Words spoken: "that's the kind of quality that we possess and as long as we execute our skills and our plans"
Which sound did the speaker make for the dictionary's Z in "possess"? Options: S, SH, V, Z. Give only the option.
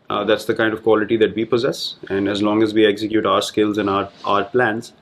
Z